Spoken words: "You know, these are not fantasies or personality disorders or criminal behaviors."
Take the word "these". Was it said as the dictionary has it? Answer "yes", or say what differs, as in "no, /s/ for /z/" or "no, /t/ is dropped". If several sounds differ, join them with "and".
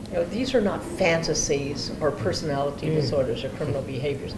yes